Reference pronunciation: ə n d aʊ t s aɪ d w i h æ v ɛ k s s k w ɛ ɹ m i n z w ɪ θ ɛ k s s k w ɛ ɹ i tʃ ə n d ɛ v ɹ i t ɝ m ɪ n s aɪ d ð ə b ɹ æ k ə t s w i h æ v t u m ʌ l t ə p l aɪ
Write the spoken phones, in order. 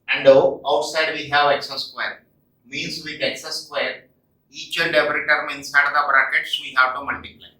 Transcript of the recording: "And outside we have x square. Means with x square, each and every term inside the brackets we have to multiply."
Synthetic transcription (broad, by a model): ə n d aʊ t s aɪ d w i h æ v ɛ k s s k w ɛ ɹ m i n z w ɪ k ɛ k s s k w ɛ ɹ i tʃ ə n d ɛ p ɹ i t ɝ m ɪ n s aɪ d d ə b ɹ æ k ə t s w i h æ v t u m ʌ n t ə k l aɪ